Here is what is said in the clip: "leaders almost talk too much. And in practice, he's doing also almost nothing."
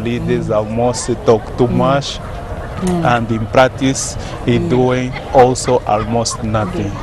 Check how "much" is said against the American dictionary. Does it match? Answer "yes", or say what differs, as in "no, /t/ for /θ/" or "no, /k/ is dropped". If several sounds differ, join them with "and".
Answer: no, /ʃ/ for /tʃ/